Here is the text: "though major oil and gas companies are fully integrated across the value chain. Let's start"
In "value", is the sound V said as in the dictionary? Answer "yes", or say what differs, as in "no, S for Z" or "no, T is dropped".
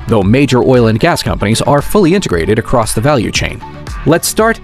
yes